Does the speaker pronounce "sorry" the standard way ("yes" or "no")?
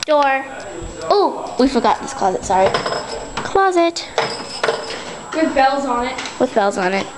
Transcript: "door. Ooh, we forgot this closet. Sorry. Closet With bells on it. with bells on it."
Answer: yes